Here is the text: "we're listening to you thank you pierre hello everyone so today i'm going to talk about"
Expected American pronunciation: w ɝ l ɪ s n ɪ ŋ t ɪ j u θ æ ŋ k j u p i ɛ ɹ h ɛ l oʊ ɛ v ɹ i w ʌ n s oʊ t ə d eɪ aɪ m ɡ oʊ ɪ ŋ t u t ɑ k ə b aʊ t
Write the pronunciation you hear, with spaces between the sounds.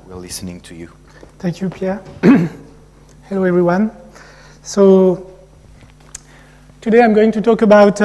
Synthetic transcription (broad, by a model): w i l ɪ s n ɪ ŋ t ɪ j u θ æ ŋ k j u p i ɛ ɹ h ɛ l oʊ ɛ v ɹ i w ʌ n s oʊ t ə d eɪ aɪ m ɡ oʊ ɪ ŋ t u t ɑ k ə b aʊ t